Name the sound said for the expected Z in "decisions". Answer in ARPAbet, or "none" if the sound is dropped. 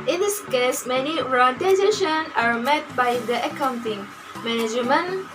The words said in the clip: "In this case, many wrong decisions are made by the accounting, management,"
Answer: none